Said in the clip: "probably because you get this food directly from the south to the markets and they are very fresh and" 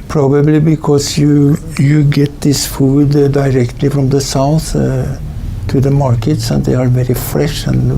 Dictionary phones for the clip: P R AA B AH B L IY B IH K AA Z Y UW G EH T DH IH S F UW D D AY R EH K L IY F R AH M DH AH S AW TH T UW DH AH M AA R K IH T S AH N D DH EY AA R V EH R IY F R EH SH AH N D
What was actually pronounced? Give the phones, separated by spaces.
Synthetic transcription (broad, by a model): P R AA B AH B L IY B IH K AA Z Y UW G EH T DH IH S F UW D D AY R EH K L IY F R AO M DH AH S AW TH T UW DH AH M AA R K IH T S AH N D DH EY AA R V EH R IY F R EH SH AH N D